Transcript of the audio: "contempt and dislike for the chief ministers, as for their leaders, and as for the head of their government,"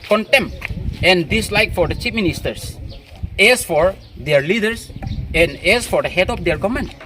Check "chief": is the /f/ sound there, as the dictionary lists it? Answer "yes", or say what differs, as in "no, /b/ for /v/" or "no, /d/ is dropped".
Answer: no, /p/ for /f/